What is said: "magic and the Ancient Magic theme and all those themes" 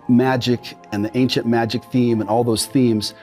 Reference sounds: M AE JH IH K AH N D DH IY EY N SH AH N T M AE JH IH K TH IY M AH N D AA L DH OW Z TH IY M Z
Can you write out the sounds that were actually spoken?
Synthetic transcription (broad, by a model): M AE JH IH K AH N DH IY EY N SH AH N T M AE JH IH K TH IY M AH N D AA L DH OW Z TH IY M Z